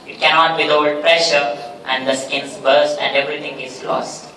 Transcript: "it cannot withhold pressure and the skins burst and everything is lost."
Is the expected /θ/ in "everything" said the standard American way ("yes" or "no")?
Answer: no